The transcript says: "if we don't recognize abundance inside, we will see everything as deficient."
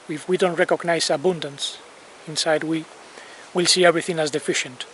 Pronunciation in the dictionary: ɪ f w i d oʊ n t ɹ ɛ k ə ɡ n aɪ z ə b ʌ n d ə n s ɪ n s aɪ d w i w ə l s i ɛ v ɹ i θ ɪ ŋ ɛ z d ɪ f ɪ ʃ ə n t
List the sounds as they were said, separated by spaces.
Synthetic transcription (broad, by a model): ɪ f w i d oʊ n t ɹ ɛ k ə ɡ n aɪ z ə b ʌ n d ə n s ɪ n s aɪ d w i w ə l s i ɛ v ɹ i θ ɪ ŋ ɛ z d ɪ f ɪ ʃ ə n t